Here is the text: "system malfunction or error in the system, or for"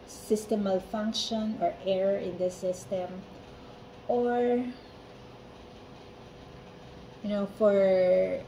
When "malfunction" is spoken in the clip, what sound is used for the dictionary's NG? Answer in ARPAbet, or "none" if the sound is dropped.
NG